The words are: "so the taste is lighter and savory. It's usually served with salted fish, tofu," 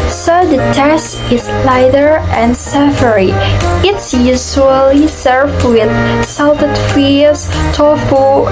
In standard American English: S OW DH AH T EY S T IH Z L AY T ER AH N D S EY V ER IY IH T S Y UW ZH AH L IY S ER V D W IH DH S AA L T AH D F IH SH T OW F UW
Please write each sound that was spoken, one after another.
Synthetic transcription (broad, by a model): S OW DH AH T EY S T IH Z L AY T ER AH N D S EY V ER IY IH T S Y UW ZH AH L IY S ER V W IH DH S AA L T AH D F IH S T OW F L